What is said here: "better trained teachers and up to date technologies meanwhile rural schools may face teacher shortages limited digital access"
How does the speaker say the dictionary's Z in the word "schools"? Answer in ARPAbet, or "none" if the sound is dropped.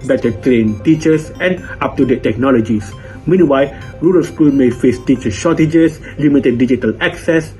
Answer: none